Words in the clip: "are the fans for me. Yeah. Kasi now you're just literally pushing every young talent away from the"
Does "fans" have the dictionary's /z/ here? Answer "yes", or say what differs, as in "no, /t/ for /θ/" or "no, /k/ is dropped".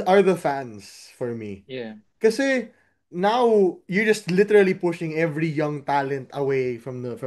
no, /s/ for /z/